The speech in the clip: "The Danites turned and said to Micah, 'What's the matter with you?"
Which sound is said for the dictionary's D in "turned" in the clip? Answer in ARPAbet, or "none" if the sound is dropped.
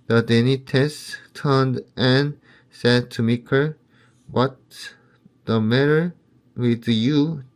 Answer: D